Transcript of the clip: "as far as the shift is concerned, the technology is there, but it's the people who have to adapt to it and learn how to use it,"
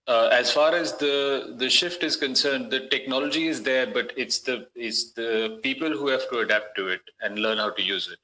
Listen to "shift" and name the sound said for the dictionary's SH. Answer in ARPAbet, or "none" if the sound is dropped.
SH